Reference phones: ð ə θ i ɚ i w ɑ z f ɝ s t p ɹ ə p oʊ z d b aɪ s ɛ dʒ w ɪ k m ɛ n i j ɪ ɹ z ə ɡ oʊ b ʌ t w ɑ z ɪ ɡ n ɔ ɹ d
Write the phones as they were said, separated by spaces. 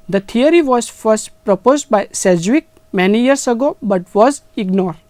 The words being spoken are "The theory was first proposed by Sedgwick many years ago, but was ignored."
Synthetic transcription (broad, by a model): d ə t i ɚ i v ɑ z f ɝ s t p ɹ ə p oʊ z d b aɪ s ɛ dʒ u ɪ k m ɛ n i j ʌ ɹ s ə ɡ oʊ b ʌ t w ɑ z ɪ ɡ n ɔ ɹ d